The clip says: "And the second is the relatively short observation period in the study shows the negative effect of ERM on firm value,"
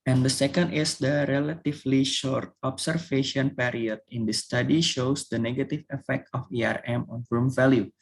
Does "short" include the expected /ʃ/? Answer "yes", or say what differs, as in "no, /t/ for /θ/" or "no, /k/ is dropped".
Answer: yes